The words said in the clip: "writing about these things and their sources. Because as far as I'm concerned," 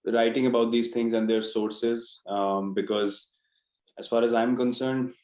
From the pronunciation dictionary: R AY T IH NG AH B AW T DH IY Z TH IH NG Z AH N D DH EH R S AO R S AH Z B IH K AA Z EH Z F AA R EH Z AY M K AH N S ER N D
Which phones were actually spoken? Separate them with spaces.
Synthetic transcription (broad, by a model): R AY T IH NG AH B AW T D IY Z T IH NG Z AH N D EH R S AO R S AH Z B IH K AA Z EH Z F AA R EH Z AY M K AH N S ER N D